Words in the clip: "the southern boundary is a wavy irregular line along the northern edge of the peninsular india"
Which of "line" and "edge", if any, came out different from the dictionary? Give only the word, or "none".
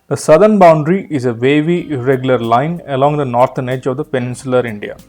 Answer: none